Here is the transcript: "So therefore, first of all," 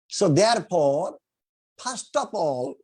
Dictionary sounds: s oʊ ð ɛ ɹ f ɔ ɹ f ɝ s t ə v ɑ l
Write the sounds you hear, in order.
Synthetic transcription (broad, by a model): s oʊ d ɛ ɹ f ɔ ɹ p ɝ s t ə p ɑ l